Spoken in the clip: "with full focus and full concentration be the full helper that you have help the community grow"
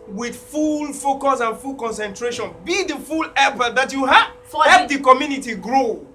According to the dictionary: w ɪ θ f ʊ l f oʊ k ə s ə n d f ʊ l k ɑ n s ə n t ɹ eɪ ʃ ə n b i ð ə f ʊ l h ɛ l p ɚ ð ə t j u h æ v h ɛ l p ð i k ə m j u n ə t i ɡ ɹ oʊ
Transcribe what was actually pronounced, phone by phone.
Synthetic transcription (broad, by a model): w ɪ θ f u l f oʊ k ə s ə n f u l k ɑ n s ə n t ɹ eɪ ʃ ə n b i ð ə f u l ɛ p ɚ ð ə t j u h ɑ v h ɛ p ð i k ə m j u n ə t i ɡ ɹ oʊ